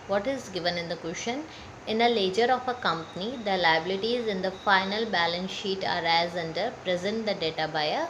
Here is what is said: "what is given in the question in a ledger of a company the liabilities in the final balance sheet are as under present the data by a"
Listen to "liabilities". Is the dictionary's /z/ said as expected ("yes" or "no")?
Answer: yes